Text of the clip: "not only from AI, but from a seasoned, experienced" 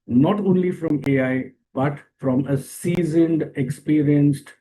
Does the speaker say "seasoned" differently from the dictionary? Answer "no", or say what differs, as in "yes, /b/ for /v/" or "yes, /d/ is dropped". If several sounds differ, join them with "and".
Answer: no